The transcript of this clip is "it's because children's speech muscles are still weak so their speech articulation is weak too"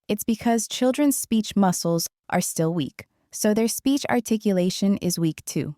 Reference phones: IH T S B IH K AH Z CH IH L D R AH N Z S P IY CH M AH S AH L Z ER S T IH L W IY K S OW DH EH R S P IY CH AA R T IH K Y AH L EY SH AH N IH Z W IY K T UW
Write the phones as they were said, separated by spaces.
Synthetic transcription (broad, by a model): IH T S B IH K AH Z CH IH L D R AH N Z S P IY CH M AH S L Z ER S T IH L W IY K S OW DH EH R S P IY CH AA R T IH K Y AH L EY SH AH N IH Z W IY K T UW